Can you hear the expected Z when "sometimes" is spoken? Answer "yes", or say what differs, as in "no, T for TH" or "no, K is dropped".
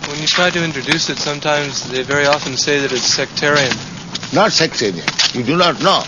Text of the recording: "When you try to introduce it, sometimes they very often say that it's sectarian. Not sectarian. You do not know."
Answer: yes